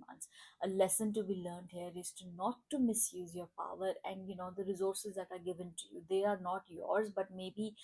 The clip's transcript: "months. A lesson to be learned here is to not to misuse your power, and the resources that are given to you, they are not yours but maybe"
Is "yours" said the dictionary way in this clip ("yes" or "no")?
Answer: yes